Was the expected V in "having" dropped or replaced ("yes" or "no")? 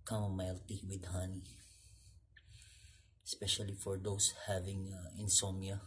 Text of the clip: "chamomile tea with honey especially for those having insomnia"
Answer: no